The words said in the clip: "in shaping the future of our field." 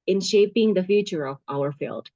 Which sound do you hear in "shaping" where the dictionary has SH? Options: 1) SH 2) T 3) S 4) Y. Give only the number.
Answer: 1